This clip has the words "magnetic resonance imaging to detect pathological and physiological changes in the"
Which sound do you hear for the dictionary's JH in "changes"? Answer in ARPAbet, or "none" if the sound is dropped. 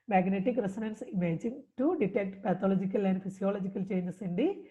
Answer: none